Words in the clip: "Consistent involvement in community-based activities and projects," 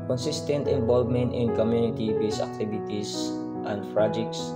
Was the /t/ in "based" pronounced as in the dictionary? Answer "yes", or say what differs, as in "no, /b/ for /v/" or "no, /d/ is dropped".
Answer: no, /t/ is dropped